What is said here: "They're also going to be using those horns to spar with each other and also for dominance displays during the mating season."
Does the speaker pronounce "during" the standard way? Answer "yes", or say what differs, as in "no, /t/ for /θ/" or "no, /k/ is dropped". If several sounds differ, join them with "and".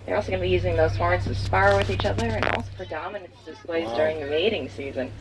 yes